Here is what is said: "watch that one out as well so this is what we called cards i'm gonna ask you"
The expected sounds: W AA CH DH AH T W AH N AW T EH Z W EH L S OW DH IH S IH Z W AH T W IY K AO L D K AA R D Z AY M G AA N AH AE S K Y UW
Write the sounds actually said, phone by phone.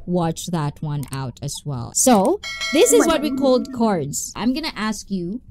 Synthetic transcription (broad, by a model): W AA CH DH AH T W AH N AW T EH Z W EH L S OW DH IH S IH Z W AH T W IY K AO L D K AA R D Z AY M G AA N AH AE S K Y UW